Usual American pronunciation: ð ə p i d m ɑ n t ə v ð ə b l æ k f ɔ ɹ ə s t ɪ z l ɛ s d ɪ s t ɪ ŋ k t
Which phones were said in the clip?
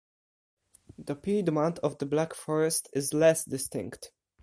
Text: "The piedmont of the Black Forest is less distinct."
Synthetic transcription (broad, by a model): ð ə p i d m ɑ n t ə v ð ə b l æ k f ɔ ɹ ə s t ɪ z l ɛ s d ɪ s t ɪ ŋ k t